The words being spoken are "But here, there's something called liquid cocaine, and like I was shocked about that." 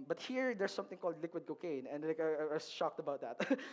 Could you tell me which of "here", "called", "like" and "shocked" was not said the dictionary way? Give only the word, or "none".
none